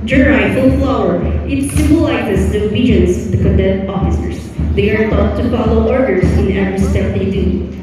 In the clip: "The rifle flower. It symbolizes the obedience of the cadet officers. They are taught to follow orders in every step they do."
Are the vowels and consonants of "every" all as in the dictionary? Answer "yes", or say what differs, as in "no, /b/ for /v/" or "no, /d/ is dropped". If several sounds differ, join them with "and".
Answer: yes